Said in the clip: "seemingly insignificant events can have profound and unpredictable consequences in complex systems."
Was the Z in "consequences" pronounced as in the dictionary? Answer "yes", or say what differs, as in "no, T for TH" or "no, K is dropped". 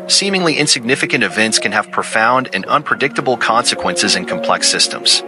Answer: yes